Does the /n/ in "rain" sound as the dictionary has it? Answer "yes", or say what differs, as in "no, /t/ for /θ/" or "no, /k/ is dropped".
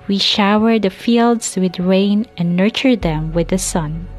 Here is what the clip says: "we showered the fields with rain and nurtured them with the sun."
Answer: yes